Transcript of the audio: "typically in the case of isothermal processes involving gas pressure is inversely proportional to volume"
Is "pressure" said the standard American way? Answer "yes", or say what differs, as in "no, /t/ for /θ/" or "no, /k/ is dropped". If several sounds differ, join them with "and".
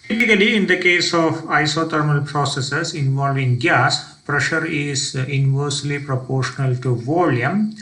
yes